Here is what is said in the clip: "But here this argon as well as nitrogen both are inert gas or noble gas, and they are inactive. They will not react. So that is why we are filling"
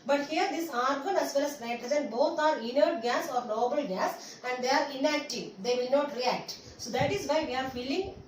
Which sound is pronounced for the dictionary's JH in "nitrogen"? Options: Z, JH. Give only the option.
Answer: Z